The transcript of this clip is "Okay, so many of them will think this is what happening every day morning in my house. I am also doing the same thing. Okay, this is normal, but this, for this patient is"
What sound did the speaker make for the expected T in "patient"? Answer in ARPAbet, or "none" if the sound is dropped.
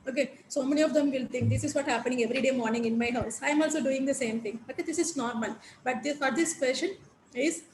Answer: none